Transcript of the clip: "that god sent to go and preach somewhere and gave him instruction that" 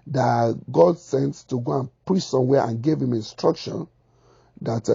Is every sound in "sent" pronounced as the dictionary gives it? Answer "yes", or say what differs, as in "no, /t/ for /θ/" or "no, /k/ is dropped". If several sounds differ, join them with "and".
yes